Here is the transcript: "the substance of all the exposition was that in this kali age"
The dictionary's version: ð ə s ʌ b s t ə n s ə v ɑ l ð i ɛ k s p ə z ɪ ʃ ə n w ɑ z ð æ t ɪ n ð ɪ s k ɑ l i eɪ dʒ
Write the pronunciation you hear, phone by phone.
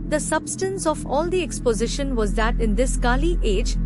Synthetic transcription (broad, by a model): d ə s ʌ b s t ə n s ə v ɑ l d i ɛ k s p ə z ɪ ʃ ə n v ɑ z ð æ t ɪ n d ɪ s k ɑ l i eɪ dʒ